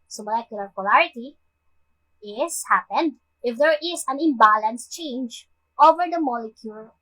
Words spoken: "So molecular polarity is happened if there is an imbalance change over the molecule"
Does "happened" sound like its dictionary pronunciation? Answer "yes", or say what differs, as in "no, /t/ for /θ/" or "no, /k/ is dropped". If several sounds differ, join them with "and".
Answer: yes